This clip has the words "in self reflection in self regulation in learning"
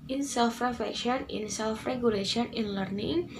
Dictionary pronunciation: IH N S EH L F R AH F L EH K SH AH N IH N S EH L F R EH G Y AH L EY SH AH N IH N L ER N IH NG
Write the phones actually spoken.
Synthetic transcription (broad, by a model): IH N S EH L F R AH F EH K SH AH N IH N S EH L F R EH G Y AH L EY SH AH N IH N L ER N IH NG